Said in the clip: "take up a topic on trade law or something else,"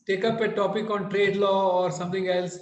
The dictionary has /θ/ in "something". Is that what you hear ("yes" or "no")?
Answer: no